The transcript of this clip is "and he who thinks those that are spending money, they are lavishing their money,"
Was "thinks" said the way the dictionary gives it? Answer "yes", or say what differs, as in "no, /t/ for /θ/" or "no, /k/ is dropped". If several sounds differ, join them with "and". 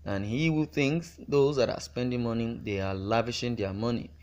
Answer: yes